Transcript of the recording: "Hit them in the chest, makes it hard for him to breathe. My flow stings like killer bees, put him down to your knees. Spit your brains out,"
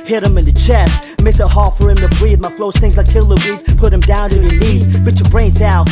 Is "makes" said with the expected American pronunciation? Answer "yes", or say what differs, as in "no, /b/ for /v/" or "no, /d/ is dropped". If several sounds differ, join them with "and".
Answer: no, /k/ is dropped